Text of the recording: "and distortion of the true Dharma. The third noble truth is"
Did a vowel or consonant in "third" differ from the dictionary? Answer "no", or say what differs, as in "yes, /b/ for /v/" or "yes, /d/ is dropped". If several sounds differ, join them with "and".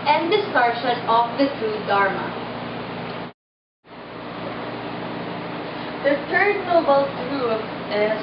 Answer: yes, /t/ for /θ/